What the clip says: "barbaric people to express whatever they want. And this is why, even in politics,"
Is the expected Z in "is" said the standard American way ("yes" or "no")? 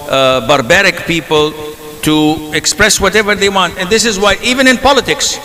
yes